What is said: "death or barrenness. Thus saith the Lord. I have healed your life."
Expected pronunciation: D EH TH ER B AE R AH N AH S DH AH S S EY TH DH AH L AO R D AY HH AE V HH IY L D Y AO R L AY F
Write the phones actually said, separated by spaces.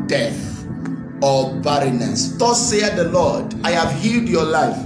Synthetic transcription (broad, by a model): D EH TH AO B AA R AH N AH S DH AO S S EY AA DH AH L AO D AY HH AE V HH IY L D Y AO L AY F